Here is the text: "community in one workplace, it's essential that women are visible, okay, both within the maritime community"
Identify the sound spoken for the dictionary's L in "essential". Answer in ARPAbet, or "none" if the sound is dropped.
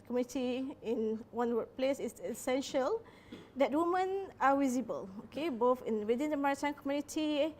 L